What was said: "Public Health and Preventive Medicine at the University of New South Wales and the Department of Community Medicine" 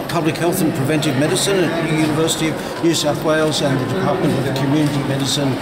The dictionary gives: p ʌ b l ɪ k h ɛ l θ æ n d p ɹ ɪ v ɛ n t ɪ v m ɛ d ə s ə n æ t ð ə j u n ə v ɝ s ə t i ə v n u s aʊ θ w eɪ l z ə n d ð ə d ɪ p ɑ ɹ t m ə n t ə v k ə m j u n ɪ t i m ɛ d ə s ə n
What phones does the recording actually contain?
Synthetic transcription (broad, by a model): p ʌ b l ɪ k h ɛ l θ n p ɹ ɪ v ɛ n t ɪ v m ɛ d ə s ə n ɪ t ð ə j u n ə v ɝ s ə t i ə v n u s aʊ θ w eɪ l z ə n ð ə d ɪ p ɑ ɹ t m ə n t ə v k ə m j u n ɪ t i m ɛ d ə s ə n